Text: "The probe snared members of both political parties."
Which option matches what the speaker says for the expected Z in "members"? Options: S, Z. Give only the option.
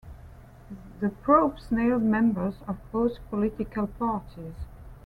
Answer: Z